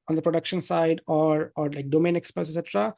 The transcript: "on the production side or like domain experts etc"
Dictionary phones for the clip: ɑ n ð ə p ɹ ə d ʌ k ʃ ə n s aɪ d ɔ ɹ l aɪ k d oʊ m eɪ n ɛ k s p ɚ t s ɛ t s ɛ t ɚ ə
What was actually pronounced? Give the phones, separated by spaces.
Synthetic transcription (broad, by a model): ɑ n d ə p ɹ ə d ʌ k ʃ ə n s aɪ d ɔ ɹ l aɪ k d oʊ m eɪ n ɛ k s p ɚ s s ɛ t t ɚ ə